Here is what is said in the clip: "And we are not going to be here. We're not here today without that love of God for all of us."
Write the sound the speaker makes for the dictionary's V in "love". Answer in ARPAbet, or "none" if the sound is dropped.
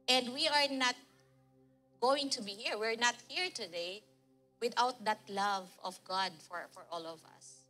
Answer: V